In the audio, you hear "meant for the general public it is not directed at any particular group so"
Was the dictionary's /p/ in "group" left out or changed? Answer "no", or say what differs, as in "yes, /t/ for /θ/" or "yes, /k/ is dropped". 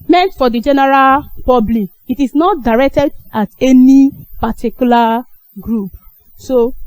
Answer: no